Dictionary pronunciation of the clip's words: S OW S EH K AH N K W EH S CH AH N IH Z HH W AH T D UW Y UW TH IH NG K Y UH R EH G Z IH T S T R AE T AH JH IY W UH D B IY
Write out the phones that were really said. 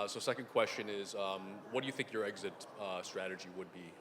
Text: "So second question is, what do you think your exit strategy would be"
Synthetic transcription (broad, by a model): S OW S EH K AH N K W EH S CH AH N IH Z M W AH T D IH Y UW TH IH NG K Y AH R EH G Z IH T S T R AE T AH JH IY W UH D B IY